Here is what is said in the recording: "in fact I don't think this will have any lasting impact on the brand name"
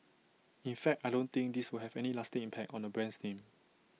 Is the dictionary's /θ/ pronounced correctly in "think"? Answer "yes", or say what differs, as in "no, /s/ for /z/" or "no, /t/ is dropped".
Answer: no, /t/ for /θ/